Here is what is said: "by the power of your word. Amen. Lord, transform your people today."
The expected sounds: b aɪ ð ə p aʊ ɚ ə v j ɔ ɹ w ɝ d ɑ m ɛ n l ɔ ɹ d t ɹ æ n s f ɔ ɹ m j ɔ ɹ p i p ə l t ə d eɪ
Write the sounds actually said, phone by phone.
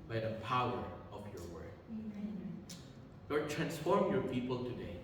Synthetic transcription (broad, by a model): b aɪ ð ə p aʊ ɚ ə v j ɔ ɹ w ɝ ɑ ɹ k l ɔ ɹ d t ɹ æ n s f ɔ ɹ m j ɔ ɹ p i p ə l t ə d eɪ